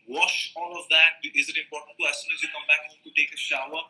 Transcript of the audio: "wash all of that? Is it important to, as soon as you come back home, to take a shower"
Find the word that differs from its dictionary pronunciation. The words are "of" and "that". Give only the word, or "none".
none